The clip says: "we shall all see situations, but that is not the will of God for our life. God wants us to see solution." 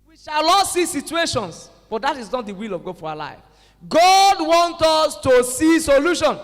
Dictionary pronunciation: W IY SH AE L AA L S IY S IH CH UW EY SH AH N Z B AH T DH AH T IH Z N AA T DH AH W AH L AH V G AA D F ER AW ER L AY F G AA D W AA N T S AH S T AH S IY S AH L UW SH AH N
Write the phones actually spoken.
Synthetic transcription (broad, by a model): W IY SH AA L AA S IY S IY CH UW EY SH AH N S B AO T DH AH T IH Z N AA T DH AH W AH L AH V G AA D F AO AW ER L AY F G AA D W AA N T AO S T AH S IY S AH L UW SH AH N